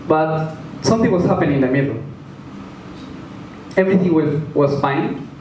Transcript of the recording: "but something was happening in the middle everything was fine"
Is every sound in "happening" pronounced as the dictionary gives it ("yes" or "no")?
no